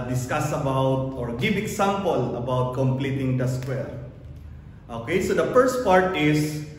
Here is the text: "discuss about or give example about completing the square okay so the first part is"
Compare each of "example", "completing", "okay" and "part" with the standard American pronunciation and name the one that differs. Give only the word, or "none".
example